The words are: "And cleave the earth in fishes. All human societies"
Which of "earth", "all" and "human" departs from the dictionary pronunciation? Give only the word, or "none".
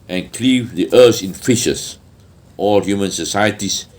earth